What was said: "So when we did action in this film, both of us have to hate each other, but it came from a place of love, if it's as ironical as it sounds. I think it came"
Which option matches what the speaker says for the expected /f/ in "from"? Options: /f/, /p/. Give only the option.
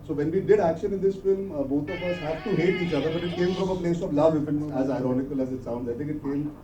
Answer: /p/